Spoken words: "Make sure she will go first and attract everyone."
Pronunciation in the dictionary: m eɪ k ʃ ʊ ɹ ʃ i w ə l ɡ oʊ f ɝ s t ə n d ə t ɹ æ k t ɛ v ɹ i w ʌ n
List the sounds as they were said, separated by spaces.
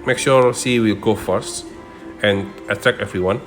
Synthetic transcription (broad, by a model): m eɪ k ʃ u ɹ s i w ə l ɡ oʊ f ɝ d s ə n d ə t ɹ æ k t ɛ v ɹ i w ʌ n